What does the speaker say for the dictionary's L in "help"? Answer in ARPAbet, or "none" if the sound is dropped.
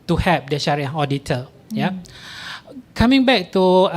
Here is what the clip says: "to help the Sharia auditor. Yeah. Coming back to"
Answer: none